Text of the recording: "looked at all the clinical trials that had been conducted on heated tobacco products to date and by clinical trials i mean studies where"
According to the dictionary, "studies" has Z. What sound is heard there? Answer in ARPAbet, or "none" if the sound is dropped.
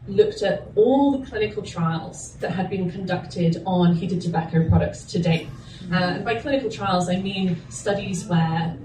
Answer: Z